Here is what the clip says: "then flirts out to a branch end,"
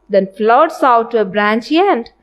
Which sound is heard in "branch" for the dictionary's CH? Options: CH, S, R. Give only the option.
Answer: CH